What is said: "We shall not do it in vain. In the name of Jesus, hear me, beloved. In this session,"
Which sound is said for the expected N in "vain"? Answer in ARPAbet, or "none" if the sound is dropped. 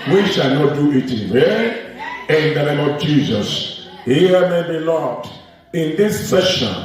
none